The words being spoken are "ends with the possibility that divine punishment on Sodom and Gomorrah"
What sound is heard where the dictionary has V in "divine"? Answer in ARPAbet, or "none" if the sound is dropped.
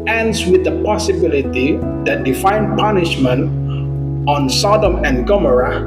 F